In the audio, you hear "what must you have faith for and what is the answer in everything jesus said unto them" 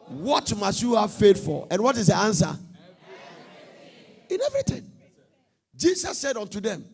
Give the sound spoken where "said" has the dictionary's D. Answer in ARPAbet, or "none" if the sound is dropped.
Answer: D